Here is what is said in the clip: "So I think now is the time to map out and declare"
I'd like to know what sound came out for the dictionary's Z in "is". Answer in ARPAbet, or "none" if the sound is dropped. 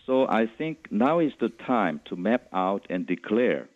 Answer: S